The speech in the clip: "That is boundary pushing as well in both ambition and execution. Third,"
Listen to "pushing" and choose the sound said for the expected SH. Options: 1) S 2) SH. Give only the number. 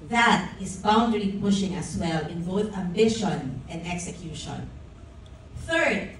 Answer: 2